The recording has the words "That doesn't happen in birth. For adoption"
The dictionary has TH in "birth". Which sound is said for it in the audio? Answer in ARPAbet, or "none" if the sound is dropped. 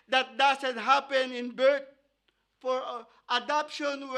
T